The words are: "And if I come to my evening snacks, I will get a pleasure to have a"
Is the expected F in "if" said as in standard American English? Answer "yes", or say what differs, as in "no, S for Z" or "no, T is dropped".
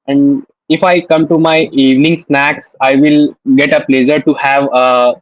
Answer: yes